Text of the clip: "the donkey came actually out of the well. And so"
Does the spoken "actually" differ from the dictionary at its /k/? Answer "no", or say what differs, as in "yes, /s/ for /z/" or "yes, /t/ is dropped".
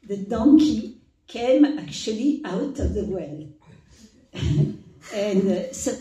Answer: no